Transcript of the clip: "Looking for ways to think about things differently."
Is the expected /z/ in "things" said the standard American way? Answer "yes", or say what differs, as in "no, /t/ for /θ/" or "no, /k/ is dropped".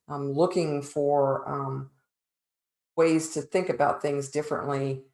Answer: yes